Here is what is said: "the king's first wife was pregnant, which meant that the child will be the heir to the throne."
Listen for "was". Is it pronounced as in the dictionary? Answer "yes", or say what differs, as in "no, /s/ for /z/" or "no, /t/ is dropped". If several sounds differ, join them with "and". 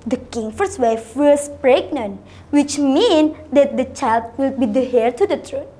no, /s/ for /z/